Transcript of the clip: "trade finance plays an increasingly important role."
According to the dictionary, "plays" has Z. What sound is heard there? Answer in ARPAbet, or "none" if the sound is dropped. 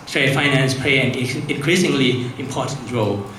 none